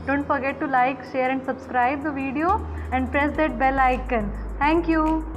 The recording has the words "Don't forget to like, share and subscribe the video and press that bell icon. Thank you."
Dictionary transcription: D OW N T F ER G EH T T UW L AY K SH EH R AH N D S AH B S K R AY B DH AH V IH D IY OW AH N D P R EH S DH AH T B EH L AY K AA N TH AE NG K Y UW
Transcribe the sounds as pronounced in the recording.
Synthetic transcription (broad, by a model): D OW N T F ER G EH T T UW L AY K SH EH R AH N D S AH B S K R AY B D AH V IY D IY OW AH N D P R EH S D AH T B EH L AY K AA N T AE NG K Y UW